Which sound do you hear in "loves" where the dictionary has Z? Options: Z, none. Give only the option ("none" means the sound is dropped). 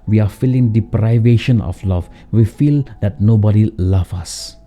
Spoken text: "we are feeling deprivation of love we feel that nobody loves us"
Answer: none